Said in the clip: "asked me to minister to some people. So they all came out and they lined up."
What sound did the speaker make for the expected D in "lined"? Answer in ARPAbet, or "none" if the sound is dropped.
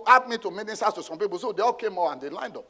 D